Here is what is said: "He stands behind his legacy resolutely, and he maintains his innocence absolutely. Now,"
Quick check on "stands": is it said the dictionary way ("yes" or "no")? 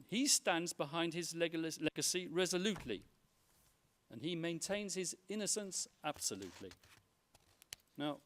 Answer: yes